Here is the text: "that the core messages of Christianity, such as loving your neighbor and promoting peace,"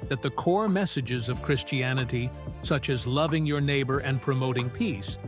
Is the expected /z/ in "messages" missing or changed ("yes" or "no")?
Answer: no